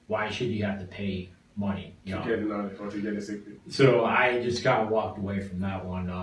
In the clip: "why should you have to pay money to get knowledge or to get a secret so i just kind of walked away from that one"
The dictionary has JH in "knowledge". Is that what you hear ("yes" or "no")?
no